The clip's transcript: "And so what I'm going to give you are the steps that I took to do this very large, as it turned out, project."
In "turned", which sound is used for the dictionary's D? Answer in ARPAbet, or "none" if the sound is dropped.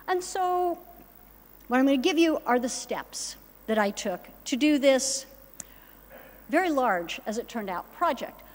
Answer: D